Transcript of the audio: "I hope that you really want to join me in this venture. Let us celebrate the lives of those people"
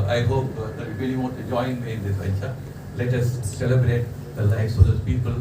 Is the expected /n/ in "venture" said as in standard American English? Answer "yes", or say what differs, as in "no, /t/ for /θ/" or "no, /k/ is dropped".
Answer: no, /n/ is dropped